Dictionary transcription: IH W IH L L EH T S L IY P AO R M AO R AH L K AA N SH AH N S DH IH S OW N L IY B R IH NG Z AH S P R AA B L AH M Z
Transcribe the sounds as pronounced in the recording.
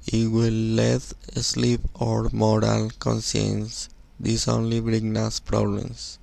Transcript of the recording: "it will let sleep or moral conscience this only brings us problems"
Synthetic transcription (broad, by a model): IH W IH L L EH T S L IY P AO R M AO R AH L K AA N S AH N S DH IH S OW N L IY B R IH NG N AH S P R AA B L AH M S